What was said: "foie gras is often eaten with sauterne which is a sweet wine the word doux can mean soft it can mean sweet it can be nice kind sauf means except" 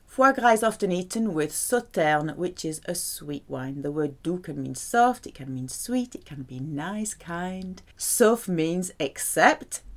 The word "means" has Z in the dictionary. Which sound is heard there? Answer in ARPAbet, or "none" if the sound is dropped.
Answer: Z